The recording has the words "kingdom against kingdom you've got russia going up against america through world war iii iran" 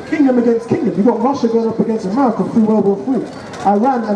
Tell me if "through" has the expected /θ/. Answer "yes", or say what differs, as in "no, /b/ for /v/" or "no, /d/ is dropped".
no, /f/ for /θ/